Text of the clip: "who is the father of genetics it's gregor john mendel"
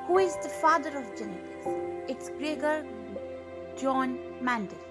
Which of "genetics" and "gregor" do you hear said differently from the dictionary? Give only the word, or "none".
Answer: genetics